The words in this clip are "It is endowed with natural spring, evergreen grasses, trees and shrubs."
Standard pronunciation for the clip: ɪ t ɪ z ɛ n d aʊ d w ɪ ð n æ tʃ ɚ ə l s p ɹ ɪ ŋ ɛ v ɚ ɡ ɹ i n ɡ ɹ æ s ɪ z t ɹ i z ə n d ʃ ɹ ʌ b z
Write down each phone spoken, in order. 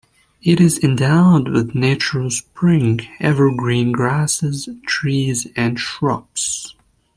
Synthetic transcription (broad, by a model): ɪ t ɪ z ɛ n d aʊ d w ɪ ð n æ tʃ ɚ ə l s p ɹ ɪ ŋ ɛ v ɚ ɡ ɹ i n ɡ ɹ æ s ɪ z t ɹ i z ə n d ʃ ɹ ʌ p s